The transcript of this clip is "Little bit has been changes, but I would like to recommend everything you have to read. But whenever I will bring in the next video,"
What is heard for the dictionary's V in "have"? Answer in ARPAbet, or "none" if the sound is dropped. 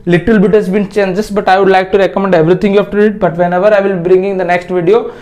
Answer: F